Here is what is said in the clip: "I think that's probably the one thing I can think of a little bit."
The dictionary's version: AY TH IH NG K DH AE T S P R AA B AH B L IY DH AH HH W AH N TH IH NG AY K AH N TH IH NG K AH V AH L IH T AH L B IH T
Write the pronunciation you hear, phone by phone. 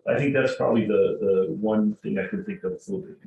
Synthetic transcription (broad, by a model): AY TH IH NG K DH AE T S P R AA B AH B L IY DH AH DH W AH N TH IH NG AY K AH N TH IH NG K AH V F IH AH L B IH